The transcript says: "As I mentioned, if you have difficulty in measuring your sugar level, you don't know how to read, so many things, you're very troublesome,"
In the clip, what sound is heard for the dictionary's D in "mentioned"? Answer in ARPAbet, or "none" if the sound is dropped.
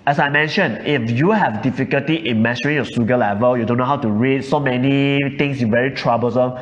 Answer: none